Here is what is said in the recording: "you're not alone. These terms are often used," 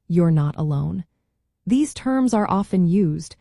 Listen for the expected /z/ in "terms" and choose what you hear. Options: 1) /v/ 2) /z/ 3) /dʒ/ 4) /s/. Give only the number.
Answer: 2